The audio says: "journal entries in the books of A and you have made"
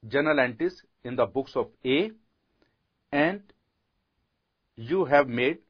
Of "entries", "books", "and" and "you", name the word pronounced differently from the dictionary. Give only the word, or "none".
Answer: entries